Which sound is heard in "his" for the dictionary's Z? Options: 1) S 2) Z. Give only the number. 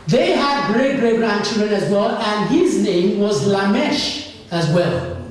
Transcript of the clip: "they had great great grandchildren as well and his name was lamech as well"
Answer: 2